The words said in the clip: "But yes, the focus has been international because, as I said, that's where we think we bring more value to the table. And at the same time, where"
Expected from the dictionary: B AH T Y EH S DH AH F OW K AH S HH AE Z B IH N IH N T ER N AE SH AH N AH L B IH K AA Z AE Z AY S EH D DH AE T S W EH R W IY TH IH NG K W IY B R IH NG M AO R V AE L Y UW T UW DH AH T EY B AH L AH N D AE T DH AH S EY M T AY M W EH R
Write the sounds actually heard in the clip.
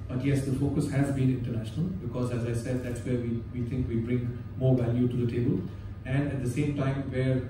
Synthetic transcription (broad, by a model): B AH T Y EH S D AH F OW K AH S HH AE Z B IH N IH N T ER N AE SH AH N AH L B IH K AA Z AE Z AY S EH D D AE T S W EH R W IY T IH NG K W IY B R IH NG M AO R V AE L Y UW T UW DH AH T EY B AH L AH N D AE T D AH S EY M T AY M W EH R